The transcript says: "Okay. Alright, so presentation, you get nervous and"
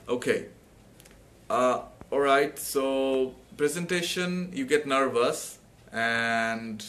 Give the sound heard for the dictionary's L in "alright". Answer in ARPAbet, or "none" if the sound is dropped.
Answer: L